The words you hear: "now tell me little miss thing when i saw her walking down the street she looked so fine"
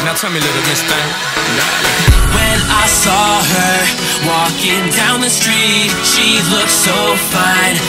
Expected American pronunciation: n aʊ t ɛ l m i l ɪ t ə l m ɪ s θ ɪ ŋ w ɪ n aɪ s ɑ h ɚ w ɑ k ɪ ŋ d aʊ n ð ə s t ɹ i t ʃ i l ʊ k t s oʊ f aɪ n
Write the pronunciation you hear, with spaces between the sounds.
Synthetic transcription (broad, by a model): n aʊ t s w m i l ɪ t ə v m ɪ s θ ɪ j w ɪ n aɪ s ɑ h ɚ w ɑ k ɪ ŋ d aʊ n ð ə s t ɹ i t ʃ i l ʊ k t s oʊ f aɪ n